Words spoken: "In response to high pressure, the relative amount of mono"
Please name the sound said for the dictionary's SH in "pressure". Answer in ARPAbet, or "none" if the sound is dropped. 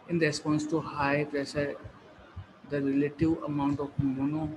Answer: S